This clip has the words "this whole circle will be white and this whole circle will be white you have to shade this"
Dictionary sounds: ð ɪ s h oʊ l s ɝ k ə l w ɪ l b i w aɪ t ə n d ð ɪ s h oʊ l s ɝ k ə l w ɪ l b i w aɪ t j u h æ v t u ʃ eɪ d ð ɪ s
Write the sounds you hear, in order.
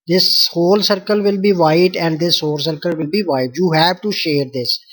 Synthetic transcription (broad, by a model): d ɪ s h oʊ l s ɝ k ə l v ɪ l b i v aɪ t ə n d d ɪ s h oʊ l s ɝ k ə l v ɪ l b i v aɪ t j u h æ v t u ʃ eɪ d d ɪ s